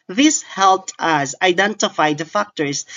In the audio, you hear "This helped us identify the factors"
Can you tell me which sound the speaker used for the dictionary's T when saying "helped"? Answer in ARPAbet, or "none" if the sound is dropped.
T